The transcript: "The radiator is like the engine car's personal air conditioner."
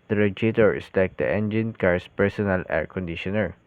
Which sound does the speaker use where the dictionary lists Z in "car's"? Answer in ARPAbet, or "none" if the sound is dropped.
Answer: S